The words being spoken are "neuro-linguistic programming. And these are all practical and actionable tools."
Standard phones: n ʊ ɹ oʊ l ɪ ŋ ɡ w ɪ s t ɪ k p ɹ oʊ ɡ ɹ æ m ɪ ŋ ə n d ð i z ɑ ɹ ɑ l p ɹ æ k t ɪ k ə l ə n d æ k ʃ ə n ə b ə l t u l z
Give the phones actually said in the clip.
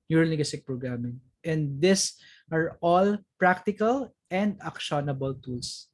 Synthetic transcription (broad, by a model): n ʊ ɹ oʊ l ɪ ɡ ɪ s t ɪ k p ɹ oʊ ɡ ɹ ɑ m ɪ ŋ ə n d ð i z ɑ ɹ ɑ l p ɹ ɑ k t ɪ k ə l ə n d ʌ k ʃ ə n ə b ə l t u l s